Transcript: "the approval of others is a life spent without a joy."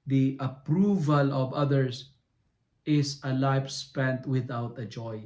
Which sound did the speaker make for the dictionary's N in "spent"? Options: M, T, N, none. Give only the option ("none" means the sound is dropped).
N